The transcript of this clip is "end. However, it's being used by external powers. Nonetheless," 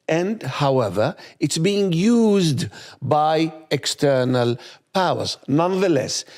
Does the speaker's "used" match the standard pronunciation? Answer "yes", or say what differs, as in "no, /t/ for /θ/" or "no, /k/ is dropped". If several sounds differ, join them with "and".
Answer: yes